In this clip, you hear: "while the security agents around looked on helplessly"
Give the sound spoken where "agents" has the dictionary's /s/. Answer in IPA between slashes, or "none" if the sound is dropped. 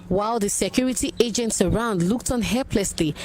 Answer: /s/